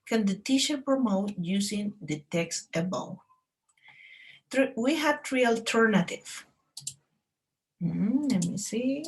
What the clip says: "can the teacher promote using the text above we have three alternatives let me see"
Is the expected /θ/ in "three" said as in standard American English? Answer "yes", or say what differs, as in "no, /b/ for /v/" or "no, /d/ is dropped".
no, /t/ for /θ/